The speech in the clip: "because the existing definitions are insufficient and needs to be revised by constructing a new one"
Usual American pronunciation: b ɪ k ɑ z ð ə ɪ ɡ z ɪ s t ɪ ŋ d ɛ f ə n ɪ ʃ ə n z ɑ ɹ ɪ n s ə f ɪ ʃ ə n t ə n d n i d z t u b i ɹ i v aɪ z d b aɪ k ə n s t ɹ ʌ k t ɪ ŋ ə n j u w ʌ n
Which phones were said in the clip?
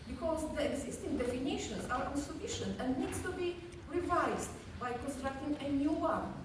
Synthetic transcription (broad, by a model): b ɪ k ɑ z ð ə ɪ ɡ z ɪ s t ɪ ŋ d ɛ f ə n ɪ ʃ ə n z ɑ ɹ ɪ n s ə f ɪ ʃ ə n t ə n d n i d s t u b i ɹ i v aɪ z d b aɪ k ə n s t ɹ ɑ k t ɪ ŋ ə n j u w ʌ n